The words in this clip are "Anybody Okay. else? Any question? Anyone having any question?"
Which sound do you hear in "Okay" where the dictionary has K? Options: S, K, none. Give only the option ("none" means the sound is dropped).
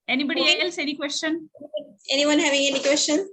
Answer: none